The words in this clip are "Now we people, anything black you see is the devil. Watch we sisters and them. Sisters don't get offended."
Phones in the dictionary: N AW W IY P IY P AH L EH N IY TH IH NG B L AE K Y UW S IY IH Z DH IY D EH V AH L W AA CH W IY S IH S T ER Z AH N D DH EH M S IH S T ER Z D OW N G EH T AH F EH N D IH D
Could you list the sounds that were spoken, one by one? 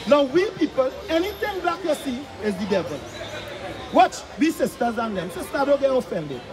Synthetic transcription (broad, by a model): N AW W IY P IY P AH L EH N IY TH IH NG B AA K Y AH S IY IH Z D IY D EH V AH L W AA CH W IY S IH S T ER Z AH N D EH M S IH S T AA D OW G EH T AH F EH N D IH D